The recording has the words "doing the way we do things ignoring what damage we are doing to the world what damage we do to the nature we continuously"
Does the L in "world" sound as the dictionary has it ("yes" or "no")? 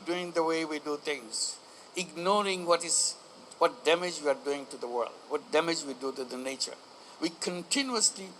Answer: yes